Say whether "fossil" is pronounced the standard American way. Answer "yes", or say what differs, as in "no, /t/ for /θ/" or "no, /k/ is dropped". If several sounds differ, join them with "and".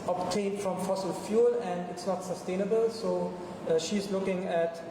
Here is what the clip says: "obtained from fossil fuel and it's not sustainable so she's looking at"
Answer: yes